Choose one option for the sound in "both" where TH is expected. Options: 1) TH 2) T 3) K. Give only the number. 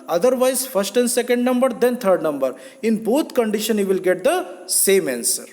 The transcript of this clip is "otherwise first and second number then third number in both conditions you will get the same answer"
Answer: 2